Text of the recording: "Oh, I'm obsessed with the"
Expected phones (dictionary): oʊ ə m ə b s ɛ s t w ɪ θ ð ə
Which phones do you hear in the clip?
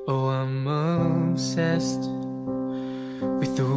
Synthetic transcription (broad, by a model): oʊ ə m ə s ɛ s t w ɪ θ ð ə